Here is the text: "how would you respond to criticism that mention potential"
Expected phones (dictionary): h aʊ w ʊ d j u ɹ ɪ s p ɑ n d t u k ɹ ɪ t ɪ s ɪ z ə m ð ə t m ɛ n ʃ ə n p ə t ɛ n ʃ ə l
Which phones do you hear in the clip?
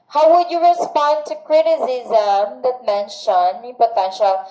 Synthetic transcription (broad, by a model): h aʊ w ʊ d j u ɹ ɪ s p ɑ n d t u k ɹ ɪ t ɪ s ɪ z ə m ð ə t m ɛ n ʃ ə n p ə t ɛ n ʃ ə l